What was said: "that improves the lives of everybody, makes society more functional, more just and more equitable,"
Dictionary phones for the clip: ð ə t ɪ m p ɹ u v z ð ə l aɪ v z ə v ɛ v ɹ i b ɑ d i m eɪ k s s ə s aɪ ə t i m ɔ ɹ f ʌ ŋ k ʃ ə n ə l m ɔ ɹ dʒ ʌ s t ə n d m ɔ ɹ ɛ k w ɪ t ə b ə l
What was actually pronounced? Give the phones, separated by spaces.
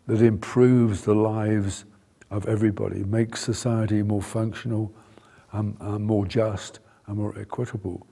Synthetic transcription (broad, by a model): ð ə t ɪ m p ɹ u v z ð ə l aɪ v z ə v ɛ v ɹ i b ɑ d i m eɪ k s s ə s aɪ ə t i m ɔ ɹ f ʌ ŋ k ʃ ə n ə m ɔ ɹ dʒ ʌ s t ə n m ɔ ɹ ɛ k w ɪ t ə b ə l